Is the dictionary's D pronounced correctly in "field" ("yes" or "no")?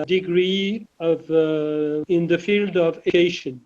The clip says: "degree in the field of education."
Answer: yes